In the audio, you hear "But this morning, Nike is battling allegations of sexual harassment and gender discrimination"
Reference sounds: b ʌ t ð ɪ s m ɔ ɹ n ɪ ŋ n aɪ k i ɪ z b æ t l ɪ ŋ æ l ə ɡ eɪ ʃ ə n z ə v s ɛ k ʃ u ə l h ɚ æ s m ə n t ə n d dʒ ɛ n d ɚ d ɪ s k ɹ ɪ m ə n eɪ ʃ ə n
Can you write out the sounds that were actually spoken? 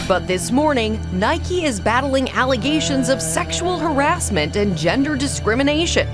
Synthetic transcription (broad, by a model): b ʌ t ð ɪ s m ɔ ɹ n ɪ ŋ n aɪ k i ɪ z b æ t l ɪ ŋ æ l ə ɡ eɪ ʃ ə n z ə v s ɛ k ʃ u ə l h ɚ æ s m ə n t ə n dʒ ɛ n d ɚ d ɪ s k ɹ ɪ m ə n eɪ ʃ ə n